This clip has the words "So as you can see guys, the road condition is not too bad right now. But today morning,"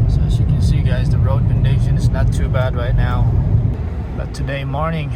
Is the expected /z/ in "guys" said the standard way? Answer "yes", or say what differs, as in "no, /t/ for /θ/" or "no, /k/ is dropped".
yes